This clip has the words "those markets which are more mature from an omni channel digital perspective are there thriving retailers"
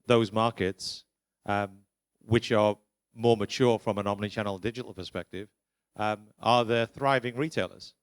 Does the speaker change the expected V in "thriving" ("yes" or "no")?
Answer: no